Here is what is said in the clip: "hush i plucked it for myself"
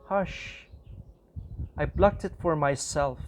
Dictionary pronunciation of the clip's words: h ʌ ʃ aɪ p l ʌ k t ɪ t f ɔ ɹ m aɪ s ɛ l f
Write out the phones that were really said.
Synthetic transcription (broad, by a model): h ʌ ʃ aɪ b l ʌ k t ɪ t f ɔ ɹ m aɪ s ɛ l f